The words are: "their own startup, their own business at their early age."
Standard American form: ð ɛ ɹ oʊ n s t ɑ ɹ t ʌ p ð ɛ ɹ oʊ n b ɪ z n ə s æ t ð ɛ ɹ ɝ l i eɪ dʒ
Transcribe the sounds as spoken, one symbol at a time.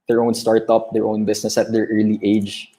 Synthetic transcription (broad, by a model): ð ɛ ɹ oʊ n s t ɑ ɹ t ʌ p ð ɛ ɹ oʊ n b ɪ s n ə s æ t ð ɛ ɹ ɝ l i eɪ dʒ